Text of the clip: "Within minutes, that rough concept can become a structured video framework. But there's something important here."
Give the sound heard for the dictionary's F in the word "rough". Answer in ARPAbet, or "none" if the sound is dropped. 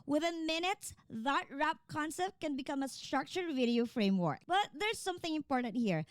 P